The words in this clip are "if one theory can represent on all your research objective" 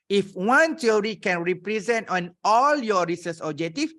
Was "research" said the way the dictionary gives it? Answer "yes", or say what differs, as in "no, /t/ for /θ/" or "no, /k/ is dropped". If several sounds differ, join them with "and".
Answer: no, /s/ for /tʃ/